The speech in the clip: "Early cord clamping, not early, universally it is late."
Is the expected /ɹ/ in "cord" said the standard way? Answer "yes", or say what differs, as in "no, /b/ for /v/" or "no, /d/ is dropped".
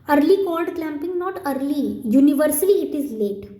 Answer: no, /l/ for /ɹ/